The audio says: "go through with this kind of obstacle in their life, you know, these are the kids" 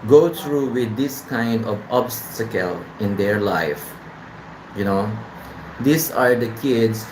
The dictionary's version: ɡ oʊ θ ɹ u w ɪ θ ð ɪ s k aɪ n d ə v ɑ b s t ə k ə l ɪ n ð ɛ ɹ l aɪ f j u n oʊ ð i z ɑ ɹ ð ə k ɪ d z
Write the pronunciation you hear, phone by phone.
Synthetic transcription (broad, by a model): ɡ oʊ t ɹ u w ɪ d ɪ s k aɪ n d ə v ɑ b s t ə k ə l ɪ n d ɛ ɹ l aɪ f j u n oʊ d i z ɑ ɹ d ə k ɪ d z